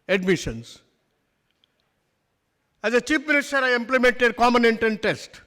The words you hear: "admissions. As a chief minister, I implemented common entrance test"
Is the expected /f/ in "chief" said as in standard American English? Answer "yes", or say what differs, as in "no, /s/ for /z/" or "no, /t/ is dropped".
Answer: no, /p/ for /f/